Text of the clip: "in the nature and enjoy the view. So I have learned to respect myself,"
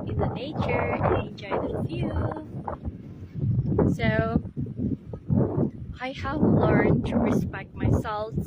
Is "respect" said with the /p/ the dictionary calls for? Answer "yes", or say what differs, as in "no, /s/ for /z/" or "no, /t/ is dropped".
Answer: yes